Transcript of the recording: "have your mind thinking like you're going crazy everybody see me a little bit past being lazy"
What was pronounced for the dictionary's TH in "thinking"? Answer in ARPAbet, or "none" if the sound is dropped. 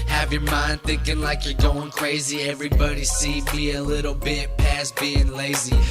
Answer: TH